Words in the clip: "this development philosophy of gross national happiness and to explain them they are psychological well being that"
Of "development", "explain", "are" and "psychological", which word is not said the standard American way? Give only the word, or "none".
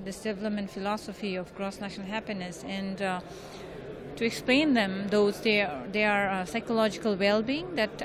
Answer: development